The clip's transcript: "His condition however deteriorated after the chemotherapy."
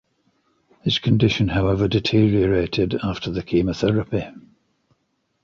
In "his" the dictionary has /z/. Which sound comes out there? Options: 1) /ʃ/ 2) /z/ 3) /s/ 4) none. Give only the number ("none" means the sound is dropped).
3